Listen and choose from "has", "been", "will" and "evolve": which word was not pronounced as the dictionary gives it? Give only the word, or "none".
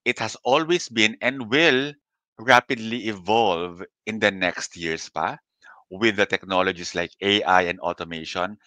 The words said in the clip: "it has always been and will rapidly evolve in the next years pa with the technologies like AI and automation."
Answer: has